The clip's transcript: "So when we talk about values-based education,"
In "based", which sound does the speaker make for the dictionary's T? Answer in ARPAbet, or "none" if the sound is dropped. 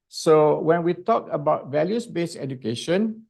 none